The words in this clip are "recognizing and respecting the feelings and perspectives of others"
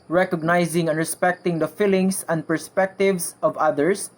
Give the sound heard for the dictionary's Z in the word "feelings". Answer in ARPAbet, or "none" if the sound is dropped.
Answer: S